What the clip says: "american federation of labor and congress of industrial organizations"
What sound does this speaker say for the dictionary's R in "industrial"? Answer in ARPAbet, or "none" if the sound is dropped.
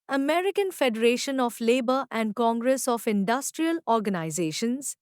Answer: R